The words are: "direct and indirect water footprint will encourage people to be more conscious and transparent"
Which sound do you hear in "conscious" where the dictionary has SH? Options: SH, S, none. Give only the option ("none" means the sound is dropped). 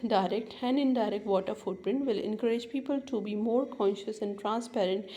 SH